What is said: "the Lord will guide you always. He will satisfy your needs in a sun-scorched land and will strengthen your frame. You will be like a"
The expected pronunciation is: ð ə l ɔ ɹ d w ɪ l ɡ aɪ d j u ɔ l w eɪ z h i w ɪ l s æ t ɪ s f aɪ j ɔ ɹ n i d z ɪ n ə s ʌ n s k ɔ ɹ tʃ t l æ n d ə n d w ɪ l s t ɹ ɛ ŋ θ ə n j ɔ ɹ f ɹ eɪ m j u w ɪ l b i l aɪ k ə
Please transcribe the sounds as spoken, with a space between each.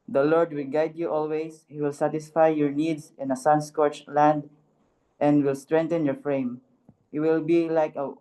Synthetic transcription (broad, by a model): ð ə l ɔ ɹ d w ɪ l ɡ aɪ d j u ɔ l w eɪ s h i w ɪ l s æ t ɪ s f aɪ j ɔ ɹ n i d s ɪ n ə s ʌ n s k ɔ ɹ tʃ l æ n d ə n d w ɪ l s t ɹ ɛ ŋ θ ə n j ɔ ɹ f ɹ eɪ m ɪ w ɪ l b i l aɪ k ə